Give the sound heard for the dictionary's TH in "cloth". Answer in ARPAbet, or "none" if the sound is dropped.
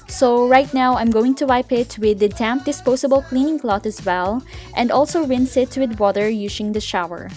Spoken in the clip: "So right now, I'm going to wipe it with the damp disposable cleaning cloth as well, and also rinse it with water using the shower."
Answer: T